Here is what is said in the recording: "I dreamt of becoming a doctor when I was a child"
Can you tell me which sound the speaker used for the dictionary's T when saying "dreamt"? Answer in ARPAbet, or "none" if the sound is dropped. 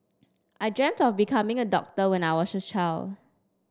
T